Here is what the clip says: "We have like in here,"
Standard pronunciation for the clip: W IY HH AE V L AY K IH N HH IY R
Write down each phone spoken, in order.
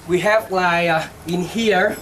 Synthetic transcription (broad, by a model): W IY HH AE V L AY IH N HH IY R